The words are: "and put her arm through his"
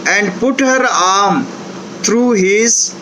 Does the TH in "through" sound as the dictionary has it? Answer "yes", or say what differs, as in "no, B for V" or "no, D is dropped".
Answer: no, T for TH